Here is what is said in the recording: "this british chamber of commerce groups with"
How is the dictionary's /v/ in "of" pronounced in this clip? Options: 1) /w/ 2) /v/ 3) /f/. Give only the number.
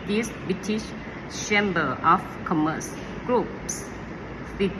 3